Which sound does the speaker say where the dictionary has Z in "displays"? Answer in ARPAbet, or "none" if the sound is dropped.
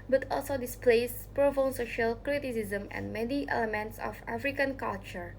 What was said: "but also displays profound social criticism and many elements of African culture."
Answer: S